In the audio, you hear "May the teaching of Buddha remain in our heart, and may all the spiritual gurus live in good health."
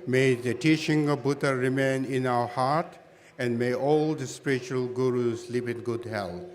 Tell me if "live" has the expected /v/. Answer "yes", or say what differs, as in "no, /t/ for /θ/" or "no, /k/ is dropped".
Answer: no, /p/ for /v/